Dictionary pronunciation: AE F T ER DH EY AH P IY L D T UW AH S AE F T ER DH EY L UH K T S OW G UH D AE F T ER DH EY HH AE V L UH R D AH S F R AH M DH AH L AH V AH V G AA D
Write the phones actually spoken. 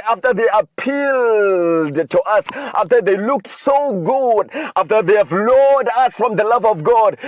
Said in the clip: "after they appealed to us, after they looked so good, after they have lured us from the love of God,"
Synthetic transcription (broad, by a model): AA F T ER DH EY AH P IY L D T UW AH S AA F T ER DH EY L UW K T S OW G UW D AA F T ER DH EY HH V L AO D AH S F R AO M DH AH L AH V AH V G AA D